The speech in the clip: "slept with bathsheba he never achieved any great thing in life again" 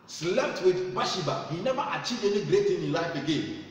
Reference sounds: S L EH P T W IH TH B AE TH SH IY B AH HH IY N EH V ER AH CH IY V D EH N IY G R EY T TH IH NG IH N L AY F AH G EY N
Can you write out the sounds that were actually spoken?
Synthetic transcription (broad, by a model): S L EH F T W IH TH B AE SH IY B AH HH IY N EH B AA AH CH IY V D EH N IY G R EY T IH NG IH N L AY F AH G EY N